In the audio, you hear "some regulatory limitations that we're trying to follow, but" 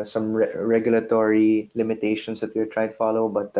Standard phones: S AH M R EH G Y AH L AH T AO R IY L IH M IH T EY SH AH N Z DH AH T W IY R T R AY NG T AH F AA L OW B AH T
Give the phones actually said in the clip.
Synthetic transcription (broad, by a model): S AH M R EH G Y AH L AH T AO R IY L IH M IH T EY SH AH N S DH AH T W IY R T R AY T AH F AA L OW B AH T